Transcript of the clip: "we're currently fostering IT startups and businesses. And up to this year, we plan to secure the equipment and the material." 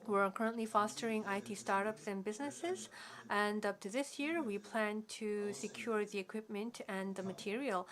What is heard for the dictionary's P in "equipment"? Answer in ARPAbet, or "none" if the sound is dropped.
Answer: P